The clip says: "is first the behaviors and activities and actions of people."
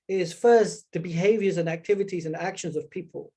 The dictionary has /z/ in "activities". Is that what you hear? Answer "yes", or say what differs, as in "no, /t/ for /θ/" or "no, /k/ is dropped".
yes